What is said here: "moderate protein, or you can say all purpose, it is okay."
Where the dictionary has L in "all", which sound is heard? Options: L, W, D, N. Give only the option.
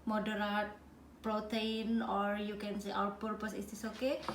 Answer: W